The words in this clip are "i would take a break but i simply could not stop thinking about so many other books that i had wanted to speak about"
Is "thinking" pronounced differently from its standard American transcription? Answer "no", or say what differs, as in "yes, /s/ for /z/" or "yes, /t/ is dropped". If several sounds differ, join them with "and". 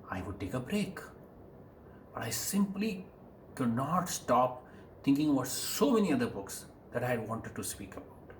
yes, /t/ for /θ/